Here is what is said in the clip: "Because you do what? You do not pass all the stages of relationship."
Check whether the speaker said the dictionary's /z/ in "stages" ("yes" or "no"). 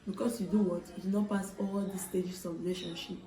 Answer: no